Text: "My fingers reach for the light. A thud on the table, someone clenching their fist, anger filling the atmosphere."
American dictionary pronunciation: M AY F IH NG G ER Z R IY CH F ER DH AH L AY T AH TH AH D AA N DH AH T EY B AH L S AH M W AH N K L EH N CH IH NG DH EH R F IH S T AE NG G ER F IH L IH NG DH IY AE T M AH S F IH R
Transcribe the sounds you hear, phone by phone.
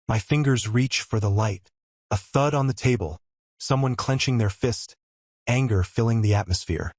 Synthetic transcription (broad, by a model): M AY F IH NG G ER Z R IY CH F ER DH AH L AY T AH TH AH D N DH AH T EY B AH L S AH M W AH N K L EH N CH IH NG DH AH R F IH S T AE NG G ER F IH L IH NG DH IY AE T M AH S F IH R